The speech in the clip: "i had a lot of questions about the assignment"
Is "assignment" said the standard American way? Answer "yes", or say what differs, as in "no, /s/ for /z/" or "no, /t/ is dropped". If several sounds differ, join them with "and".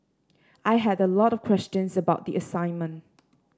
yes